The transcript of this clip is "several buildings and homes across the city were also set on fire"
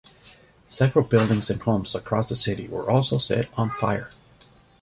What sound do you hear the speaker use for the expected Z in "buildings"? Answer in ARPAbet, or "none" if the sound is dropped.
Z